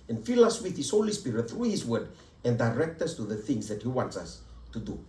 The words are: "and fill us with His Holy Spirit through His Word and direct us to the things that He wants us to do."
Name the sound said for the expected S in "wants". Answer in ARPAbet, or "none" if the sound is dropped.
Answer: S